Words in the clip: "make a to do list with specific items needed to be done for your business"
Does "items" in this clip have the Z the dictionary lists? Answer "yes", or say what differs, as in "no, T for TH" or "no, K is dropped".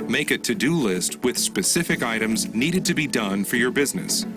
yes